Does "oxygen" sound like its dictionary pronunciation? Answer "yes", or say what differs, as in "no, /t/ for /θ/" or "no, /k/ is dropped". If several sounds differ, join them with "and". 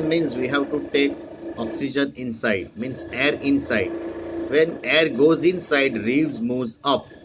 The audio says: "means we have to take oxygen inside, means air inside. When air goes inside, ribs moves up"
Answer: yes